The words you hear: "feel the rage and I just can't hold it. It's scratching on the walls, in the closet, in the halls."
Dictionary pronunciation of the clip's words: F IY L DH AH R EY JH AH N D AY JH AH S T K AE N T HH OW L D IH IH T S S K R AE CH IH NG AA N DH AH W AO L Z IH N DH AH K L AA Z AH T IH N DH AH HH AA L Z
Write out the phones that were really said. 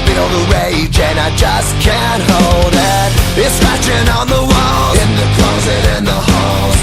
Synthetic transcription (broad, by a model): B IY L DH AH R EY JH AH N AY JH AH S K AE N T HH OW L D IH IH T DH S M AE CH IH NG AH N DH AH W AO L IH N DH AH K L AA Z AH T IH N DH AH HH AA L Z